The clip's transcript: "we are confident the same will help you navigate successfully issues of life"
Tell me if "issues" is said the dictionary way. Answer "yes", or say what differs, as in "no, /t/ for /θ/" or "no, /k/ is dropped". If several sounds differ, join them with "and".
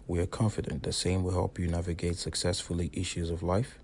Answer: yes